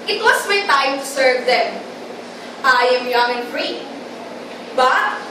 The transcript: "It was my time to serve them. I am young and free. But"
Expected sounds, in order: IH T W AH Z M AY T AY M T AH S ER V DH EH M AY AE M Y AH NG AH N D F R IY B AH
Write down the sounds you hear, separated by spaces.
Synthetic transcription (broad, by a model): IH T W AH S M AY T AY M T AH S ER V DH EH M AY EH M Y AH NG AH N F R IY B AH